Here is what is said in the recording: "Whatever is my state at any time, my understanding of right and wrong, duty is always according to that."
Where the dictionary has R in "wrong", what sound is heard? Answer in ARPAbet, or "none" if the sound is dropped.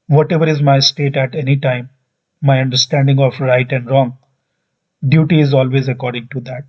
R